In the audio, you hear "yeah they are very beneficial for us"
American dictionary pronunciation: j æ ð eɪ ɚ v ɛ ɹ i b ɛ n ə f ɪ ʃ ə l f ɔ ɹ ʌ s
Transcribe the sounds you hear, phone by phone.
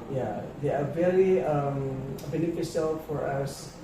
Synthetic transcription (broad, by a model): j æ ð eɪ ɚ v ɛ ɹ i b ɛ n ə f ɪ s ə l f ɔ ɹ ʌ s